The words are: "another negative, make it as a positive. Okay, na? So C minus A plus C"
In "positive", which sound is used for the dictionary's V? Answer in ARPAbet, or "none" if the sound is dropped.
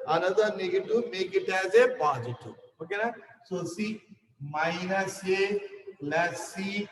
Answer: none